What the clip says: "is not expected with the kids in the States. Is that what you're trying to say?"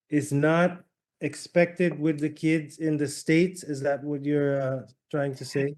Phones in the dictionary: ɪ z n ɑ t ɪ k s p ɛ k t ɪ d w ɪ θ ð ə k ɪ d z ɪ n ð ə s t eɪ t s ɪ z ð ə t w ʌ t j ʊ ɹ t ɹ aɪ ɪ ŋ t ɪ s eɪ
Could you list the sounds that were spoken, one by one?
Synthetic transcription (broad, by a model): ɪ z n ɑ t ɪ k s p ɛ k t ɪ d w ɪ ð ə k ɪ d z ɪ n ð ə s t eɪ t s ɪ z ð ə t w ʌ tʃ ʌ ɹ t ɹ aɪ ɪ ŋ t ɪ s eɪ